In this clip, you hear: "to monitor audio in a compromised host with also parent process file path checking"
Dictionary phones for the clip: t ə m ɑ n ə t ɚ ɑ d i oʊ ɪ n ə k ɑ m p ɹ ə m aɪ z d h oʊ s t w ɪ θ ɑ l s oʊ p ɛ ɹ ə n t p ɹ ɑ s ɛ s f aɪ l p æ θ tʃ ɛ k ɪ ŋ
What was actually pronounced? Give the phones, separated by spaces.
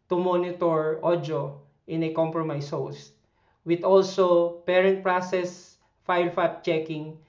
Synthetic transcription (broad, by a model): t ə m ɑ n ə t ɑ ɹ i oʊ ɪ n ə k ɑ m p ɹ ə m aɪ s h oʊ s t w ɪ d ɑ l s oʊ p ɛ ɹ ə n t p ɹ ɑ s ɛ s f aɪ l f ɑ t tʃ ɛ k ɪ ŋ